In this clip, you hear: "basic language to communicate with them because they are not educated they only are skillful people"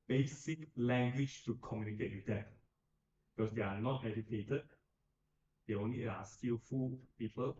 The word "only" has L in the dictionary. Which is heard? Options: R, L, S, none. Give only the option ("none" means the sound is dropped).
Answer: none